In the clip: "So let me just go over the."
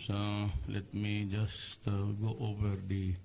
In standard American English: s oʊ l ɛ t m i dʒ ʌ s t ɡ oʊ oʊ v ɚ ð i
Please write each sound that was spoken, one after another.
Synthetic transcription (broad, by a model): s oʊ l ɛ t m i dʒ ʌ s t ɡ oʊ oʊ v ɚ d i